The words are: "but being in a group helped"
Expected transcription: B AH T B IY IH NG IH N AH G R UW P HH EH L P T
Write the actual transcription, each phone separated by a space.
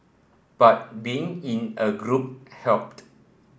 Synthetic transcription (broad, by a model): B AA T B IY IH NG IH N AH G R UW P HH EH L P T